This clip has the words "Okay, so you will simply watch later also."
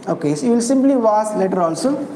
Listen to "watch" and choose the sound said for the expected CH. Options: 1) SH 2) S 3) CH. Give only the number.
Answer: 2